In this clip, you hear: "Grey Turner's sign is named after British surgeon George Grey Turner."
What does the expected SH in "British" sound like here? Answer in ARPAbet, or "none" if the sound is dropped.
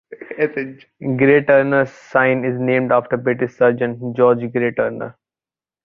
S